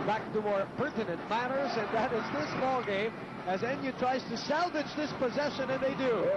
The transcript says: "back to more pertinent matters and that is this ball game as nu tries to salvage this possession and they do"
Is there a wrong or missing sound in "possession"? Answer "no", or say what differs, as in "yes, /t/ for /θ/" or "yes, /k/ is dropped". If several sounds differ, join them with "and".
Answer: no